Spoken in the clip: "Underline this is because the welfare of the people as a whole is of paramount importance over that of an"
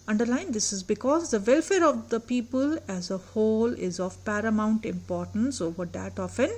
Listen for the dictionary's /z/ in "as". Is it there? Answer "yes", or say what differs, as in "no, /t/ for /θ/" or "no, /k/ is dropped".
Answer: yes